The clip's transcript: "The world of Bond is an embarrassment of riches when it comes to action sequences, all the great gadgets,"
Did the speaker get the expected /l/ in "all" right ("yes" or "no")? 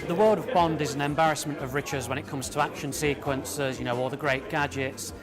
no